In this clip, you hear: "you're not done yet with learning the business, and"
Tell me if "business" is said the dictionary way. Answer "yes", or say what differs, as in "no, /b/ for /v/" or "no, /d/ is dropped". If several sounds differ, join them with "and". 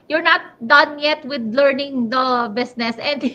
no, /s/ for /z/